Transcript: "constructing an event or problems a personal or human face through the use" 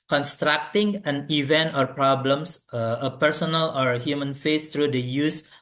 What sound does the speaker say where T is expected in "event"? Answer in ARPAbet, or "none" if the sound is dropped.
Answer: T